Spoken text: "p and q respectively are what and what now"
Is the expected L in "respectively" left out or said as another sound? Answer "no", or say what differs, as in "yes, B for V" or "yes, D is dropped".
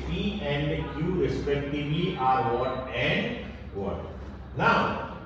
yes, L is dropped